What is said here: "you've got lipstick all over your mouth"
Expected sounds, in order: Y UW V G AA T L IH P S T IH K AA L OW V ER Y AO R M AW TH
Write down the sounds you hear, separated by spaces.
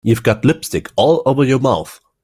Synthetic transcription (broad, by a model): Y UW V G AA T L IH P S T IH K AA L OW V ER Y AO R M AW TH